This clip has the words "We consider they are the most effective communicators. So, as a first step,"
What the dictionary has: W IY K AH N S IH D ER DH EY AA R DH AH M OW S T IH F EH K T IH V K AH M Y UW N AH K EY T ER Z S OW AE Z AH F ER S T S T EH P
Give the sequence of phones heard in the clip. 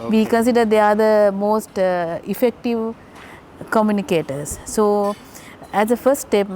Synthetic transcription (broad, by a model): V IY K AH N S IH D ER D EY AA R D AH M OW S T IH F EH K T IH V K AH M Y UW N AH K EY T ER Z S OW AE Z AH F ER S T T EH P